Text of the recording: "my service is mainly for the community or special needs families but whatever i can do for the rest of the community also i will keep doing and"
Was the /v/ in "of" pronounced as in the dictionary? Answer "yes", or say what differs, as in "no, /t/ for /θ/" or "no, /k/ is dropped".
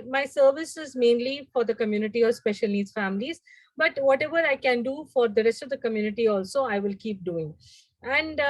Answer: yes